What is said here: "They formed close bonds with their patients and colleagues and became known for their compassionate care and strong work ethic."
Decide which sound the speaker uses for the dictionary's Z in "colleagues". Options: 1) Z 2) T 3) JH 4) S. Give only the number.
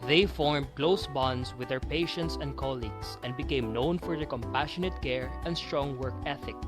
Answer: 4